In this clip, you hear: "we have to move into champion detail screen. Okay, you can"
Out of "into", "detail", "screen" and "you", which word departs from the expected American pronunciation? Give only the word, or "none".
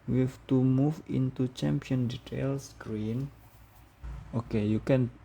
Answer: none